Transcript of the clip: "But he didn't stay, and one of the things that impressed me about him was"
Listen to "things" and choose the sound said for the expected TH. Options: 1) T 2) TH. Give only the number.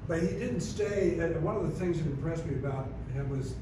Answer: 2